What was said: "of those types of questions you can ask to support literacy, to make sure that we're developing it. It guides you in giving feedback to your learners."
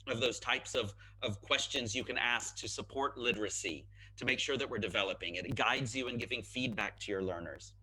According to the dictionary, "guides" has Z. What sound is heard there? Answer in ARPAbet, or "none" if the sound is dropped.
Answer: Z